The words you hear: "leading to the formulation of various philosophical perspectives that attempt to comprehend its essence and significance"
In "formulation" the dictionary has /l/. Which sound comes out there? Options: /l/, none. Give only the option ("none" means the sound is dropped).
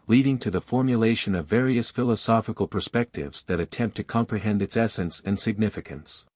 /l/